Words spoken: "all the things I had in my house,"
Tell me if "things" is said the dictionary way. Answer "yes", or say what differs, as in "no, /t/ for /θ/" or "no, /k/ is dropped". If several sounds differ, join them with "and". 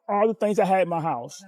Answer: yes